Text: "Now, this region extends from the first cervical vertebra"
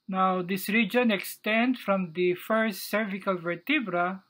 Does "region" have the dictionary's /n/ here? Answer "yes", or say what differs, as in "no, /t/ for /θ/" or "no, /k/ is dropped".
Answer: yes